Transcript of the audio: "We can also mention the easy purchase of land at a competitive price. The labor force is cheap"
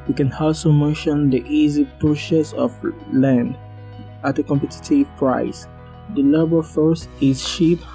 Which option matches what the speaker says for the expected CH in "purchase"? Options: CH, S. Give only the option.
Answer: S